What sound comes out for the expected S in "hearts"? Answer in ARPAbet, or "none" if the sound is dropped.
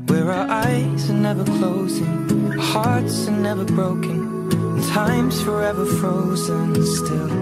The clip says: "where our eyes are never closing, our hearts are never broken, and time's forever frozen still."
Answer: S